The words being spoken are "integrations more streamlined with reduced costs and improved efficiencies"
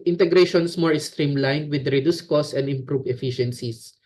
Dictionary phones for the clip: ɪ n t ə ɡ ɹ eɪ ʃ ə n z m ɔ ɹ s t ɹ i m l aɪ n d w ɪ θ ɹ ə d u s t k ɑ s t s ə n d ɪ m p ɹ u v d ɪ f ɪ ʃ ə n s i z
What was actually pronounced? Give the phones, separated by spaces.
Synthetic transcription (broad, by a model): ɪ n t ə ɡ ɹ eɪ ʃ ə n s m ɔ ɹ s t ɹ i m l aɪ n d w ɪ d ɹ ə d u s k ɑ s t ə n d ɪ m p ɹ u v ɪ f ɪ ʃ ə n s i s